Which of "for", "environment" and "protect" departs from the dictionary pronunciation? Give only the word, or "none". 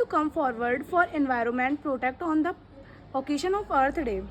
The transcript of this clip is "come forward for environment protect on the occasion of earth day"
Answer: none